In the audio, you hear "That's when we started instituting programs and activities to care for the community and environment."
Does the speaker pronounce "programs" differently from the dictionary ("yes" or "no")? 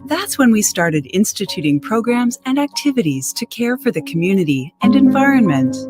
no